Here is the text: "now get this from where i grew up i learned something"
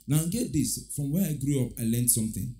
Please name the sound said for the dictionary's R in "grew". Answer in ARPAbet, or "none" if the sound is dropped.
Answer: R